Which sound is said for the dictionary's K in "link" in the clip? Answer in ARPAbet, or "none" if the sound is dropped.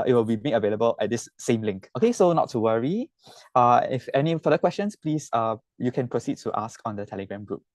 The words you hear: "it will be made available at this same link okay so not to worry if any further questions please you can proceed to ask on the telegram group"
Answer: K